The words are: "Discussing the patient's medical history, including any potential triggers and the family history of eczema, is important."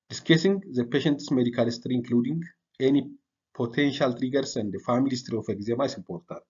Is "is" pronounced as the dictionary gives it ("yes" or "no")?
no